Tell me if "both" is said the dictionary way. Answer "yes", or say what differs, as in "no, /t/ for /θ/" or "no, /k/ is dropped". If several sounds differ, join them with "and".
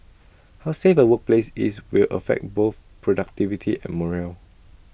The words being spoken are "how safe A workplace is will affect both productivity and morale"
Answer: yes